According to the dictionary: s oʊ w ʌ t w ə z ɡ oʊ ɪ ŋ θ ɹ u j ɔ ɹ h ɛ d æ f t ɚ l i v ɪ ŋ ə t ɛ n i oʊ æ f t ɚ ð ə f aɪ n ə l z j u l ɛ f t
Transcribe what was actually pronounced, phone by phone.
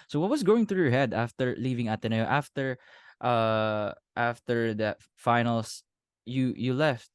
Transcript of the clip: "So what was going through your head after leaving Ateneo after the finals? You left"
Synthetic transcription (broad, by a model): s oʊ w ʌ t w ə s ɡ oʊ ɪ ŋ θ ɹ u j ɔ ɹ h ɛ d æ f t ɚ l i v ɪ ŋ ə t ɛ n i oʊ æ f t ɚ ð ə f aɪ n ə l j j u l ɛ f t